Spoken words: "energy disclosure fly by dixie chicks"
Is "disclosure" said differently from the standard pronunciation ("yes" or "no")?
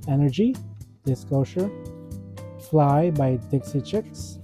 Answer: yes